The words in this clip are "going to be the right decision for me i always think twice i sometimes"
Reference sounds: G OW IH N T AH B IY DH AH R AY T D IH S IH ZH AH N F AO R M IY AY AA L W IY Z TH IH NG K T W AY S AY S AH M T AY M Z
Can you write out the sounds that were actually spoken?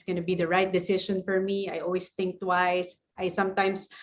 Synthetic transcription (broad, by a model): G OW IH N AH B IY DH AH R AY T D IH S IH SH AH N F AO R M IY AY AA L W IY S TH IH NG K T W AY S AY S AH M T AY M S